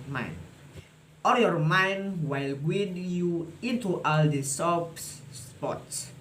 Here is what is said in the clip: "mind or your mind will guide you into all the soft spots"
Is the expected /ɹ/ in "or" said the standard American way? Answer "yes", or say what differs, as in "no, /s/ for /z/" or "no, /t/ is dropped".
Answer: no, /l/ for /ɹ/